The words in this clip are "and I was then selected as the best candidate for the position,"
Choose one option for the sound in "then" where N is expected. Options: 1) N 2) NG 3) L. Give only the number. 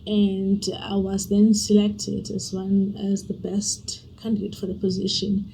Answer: 1